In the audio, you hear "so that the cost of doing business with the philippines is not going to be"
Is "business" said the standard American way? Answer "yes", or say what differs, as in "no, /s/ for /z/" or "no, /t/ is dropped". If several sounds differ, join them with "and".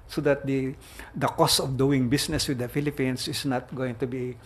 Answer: no, /s/ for /z/